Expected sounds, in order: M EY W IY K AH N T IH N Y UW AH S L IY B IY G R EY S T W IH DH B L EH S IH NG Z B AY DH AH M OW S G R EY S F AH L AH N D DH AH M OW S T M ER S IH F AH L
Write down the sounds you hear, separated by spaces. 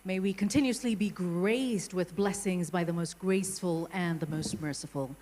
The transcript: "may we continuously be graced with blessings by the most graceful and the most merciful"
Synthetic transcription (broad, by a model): M EY W IY K AH N T IH N Y UW AH S L IY B IY G R EY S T W IH DH B L EH S IH NG Z B AY DH AH M OW S G R EY S F AH L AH N DH AH M OW S T M ER S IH F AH L